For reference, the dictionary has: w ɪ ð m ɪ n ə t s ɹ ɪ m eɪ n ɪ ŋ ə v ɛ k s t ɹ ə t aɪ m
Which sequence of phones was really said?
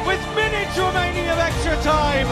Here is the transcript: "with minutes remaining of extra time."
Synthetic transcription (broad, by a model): w ɪ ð m ɪ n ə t ɹ ɪ m eɪ n ɪ ŋ ə v ɛ k s t ɹ ə t aɪ m